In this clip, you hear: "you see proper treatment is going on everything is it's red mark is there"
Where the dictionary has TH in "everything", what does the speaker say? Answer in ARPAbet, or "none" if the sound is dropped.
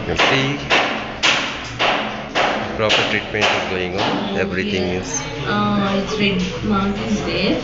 T